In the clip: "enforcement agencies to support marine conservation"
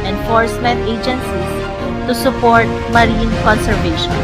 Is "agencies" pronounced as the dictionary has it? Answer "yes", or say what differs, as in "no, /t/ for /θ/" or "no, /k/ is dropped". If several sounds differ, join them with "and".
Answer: no, /z/ is dropped